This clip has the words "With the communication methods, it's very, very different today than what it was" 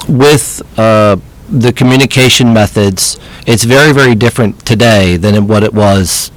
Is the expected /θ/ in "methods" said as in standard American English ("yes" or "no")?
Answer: yes